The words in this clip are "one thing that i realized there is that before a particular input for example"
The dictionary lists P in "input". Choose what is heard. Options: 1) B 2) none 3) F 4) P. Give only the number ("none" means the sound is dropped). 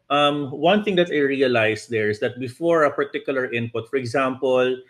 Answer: 4